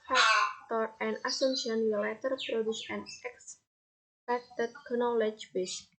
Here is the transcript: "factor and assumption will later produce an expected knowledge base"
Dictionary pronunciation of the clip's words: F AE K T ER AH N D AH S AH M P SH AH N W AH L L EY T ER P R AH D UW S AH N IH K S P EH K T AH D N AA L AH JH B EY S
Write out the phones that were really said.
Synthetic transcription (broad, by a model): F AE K T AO AH N D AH S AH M SH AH N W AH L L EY T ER P R AH D UW S AH N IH K S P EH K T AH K N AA L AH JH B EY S